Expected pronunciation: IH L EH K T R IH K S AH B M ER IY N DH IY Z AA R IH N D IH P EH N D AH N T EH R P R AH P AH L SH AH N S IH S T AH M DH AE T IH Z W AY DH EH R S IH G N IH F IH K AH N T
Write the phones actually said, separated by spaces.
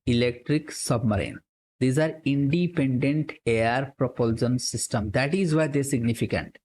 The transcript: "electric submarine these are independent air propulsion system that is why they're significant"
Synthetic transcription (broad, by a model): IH L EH K T R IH K S AH B M ER IY N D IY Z AA R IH N D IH P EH N D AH N T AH R P R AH P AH L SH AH N S IH S T AH M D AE T IH Z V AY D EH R S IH G N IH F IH K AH N T